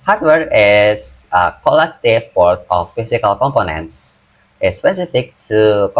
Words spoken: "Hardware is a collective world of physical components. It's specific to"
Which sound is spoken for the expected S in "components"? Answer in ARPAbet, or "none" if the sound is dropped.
S